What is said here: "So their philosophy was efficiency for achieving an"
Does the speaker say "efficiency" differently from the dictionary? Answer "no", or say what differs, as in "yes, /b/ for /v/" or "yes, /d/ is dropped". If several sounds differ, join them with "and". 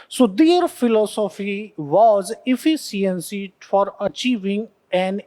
yes, /s/ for /ʃ/